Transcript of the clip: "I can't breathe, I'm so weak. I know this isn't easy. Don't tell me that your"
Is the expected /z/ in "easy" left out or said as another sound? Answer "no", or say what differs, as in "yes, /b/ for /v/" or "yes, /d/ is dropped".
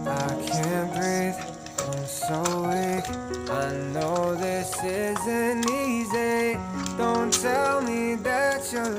no